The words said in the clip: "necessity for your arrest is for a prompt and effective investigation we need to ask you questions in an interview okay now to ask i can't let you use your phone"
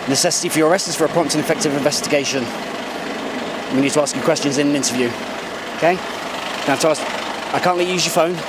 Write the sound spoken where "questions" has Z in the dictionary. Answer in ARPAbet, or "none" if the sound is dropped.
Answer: Z